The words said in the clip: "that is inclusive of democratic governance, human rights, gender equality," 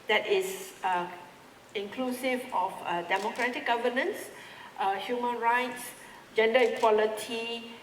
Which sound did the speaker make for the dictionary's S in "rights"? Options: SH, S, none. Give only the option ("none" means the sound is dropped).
S